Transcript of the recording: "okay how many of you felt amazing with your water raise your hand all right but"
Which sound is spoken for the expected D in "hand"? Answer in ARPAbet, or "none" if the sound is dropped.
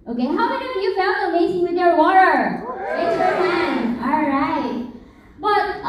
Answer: none